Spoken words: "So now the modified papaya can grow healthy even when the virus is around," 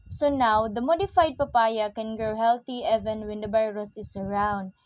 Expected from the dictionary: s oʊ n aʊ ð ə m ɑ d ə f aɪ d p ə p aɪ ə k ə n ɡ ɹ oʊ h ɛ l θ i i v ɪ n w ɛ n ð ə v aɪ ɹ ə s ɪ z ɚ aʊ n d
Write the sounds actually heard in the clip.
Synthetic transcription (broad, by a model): s oʊ n aʊ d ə m ɑ d ə f aɪ d p ə p aɪ ə k ə n ɡ ɹ oʊ h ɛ l t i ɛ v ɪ n w ɛ n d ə b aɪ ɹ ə s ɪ s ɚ aʊ n d